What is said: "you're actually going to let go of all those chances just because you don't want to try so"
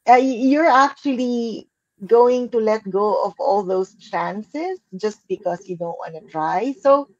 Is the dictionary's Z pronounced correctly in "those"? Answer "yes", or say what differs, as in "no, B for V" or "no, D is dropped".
no, S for Z